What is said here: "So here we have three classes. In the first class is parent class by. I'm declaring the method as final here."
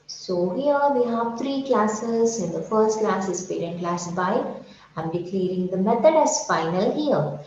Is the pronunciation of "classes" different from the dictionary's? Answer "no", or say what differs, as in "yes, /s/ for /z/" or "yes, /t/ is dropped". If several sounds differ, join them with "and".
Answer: no